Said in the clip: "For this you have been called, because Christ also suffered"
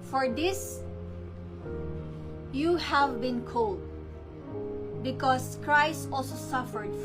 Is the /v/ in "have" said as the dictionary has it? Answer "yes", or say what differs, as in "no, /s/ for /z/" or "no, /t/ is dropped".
yes